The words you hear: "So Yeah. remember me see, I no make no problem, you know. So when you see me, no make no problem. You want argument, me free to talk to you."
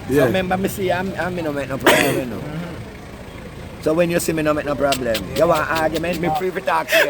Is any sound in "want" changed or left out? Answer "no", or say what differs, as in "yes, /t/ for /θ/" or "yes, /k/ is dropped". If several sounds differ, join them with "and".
yes, /n/ is dropped